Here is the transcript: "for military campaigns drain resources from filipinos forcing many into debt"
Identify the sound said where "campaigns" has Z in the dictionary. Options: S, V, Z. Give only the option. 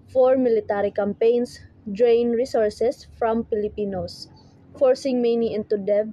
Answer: S